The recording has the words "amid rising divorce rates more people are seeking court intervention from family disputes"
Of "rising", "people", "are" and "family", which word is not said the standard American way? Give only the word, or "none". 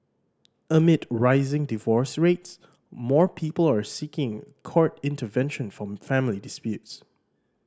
none